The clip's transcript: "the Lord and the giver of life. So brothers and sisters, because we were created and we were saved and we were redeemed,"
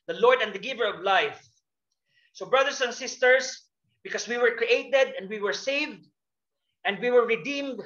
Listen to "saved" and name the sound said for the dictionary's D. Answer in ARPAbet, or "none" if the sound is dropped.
D